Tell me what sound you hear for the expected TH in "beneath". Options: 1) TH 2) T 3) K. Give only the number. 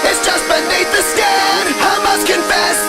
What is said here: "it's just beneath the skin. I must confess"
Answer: 2